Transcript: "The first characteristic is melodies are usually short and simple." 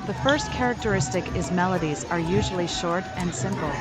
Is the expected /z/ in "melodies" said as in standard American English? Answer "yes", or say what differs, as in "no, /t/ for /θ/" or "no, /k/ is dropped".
yes